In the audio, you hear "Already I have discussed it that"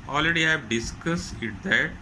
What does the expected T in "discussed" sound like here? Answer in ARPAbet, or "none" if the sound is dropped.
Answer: none